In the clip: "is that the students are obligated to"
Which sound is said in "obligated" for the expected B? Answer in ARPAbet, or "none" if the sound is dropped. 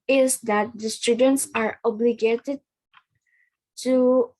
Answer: B